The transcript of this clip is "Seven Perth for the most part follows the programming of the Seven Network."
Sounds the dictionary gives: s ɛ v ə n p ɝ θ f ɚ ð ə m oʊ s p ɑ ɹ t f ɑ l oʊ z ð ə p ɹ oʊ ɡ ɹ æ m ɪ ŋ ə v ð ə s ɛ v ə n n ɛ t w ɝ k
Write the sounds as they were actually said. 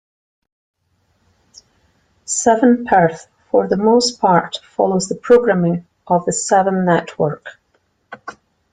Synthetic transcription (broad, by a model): s ɛ v ə n p ɝ θ f ɚ ð ə m oʊ s p ɑ ɹ t f ɑ l oʊ z ð ə p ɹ oʊ ɡ ɹ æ m ɪ ŋ ə v ð ə s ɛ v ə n n ɛ t w ɝ k